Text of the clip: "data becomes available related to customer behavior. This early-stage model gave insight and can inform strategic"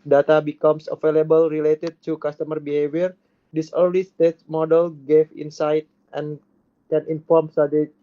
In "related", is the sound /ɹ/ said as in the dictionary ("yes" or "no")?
yes